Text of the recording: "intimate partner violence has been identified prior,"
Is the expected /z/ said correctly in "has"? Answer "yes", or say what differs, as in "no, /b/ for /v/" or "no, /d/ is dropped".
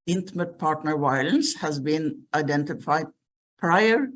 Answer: yes